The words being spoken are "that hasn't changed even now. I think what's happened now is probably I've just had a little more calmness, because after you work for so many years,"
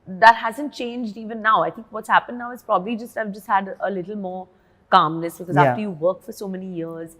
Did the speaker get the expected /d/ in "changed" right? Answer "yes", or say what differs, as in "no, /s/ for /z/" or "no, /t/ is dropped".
yes